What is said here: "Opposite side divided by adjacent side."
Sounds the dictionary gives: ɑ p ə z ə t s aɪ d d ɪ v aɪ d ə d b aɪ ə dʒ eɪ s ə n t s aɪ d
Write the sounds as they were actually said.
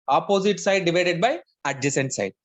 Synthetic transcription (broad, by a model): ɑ p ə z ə t s aɪ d d ɪ v aɪ d ə d b aɪ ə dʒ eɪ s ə n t s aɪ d